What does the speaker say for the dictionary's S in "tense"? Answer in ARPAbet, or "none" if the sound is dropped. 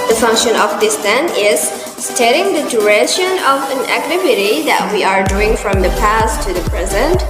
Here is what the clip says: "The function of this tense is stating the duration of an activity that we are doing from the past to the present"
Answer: none